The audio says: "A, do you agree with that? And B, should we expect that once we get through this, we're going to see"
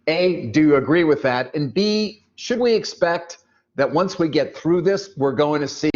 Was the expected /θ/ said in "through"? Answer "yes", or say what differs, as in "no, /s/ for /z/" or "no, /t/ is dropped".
yes